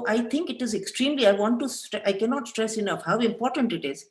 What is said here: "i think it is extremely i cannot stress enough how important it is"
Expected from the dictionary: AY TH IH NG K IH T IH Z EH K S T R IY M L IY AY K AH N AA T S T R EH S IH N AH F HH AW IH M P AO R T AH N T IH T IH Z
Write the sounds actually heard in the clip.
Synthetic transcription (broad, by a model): AY T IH NG K IH T IH Z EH K S T R IY M L IY AY K AH N AA T S T R EH S IH N AH F HH AW IH M P AO R T AH N T IH T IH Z